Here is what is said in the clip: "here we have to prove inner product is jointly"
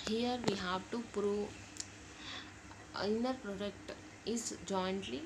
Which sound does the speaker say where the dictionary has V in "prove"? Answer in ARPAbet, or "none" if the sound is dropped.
none